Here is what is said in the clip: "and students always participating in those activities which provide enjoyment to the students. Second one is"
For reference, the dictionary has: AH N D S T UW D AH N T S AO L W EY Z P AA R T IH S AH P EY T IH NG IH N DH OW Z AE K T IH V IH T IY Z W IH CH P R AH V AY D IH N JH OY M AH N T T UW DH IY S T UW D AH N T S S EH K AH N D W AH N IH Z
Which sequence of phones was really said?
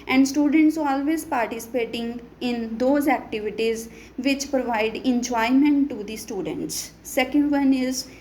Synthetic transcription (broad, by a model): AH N D S T UW D AH N T S AO L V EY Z P AA R T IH S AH P EY T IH NG IH N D OW Z AE K T IH V IH T IY Z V IH CH P R AH V AY D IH N JH OY M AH N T T UW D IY S T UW D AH N T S S EH K AH N D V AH N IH Z